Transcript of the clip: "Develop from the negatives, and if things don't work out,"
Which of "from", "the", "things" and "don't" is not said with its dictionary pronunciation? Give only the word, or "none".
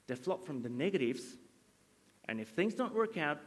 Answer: none